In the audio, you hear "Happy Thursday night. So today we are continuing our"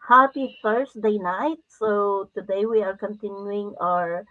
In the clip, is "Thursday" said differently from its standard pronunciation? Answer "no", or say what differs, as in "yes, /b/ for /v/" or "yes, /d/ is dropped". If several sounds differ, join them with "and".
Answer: yes, /f/ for /θ/ and /s/ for /z/